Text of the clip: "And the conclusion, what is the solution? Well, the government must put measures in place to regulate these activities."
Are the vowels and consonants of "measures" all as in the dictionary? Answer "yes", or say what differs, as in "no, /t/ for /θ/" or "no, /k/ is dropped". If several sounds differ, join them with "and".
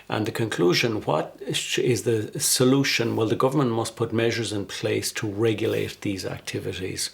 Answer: yes